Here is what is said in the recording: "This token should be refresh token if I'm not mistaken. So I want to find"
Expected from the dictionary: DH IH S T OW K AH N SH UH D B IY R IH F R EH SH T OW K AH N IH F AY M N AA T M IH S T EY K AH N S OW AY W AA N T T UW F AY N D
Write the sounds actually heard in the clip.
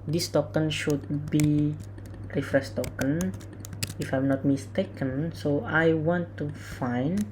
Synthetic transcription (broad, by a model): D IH S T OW K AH N SH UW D B IY R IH F R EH S T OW K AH N IH F AY M N AA T M IH S T EY K AH N S OW AY W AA N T T UW F AY N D